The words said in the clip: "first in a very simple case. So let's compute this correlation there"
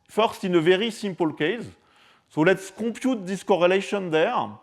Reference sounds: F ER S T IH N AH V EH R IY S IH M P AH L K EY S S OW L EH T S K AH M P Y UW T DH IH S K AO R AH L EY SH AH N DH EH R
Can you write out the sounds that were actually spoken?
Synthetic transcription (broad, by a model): F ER S T IH N AH V EH R IY S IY M P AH L K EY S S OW L EH T S K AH P Y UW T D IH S K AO R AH L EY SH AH N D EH R